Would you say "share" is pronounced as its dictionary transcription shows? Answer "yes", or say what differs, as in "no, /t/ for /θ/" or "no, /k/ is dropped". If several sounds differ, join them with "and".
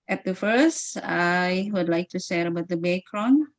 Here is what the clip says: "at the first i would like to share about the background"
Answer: no, /s/ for /ʃ/